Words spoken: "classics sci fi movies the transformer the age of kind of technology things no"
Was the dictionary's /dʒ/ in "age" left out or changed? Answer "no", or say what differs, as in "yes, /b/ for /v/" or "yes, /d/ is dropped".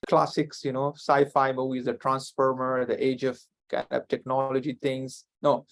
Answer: no